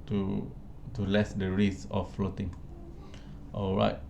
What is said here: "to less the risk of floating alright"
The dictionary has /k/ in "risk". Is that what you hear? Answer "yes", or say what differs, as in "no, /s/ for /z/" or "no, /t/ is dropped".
no, /k/ is dropped